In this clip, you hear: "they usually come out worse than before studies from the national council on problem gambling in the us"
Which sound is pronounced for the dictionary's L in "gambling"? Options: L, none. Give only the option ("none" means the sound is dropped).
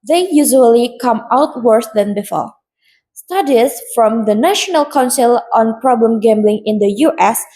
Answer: L